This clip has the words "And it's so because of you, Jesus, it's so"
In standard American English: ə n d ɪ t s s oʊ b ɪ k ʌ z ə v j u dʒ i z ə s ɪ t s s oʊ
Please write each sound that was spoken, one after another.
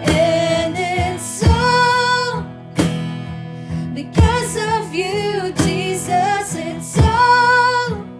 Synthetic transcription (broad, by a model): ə n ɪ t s s oʊ b ɪ k ʌ z ə v j u dʒ i z ə s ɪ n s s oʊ